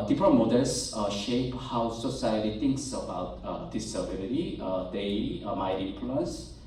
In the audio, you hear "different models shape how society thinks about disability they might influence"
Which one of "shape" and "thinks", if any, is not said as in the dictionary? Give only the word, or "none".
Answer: thinks